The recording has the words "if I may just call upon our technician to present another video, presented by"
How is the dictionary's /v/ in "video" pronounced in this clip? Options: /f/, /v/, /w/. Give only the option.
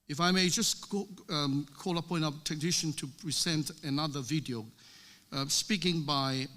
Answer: /v/